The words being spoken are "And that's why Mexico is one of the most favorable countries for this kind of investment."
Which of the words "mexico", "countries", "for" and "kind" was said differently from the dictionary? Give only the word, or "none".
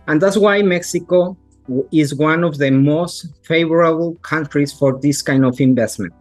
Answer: countries